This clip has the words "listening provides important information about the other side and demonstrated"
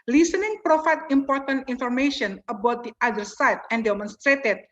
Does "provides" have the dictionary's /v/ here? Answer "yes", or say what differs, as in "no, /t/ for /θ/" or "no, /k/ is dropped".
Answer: no, /f/ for /v/